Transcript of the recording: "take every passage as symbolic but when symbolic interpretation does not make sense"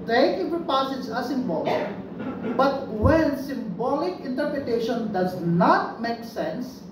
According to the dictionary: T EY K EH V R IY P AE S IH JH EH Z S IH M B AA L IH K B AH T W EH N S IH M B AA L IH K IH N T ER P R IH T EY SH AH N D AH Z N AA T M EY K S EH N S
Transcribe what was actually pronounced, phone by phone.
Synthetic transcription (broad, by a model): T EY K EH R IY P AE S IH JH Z S IH M B AA L IH K B AH T W EH N S IH M B AA L IH K IH N T ER P R IH T EY SH AH N D AH Z N AA T M EY K S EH N S